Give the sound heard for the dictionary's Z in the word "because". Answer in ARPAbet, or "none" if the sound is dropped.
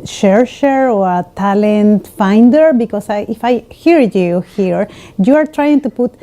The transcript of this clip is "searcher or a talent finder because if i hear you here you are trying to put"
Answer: S